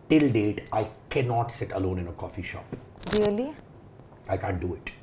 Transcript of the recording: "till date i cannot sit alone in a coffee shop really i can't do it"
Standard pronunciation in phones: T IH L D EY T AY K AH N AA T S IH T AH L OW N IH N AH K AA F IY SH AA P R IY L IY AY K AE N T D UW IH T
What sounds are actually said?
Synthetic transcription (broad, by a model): T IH L D EY T AY K AH N AA T S IH T AH L OW N IH N AH K AA F IY SH AA P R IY L IY AY K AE N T D UW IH T